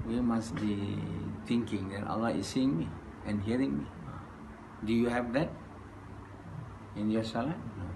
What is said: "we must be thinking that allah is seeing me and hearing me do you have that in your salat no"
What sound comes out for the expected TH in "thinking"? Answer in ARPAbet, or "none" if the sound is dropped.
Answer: T